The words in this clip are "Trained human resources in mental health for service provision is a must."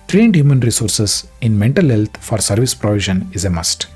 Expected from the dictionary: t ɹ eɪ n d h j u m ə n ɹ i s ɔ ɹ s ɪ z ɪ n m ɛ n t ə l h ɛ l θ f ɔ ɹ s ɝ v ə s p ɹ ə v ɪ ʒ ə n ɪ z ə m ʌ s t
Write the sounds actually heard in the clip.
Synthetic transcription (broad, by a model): t ɹ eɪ n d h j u m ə n ɹ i s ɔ ɹ s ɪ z ɪ n m ɛ n t ə l h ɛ l t f ɔ ɹ s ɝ v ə s p ɹ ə v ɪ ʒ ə n ɪ z ə m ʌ s t